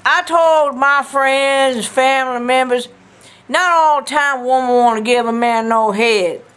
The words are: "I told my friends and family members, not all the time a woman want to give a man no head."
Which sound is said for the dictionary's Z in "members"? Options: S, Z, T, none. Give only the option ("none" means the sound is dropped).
Z